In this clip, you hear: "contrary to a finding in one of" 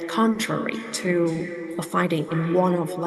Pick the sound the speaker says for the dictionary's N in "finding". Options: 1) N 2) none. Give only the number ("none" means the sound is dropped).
2